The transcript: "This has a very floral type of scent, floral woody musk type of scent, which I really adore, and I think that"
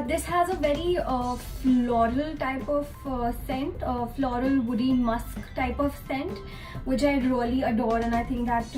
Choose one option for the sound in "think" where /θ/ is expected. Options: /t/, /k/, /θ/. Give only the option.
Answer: /t/